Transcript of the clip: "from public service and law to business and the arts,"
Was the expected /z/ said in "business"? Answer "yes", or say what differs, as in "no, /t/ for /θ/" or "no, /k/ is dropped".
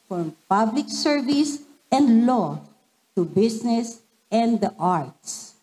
no, /s/ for /z/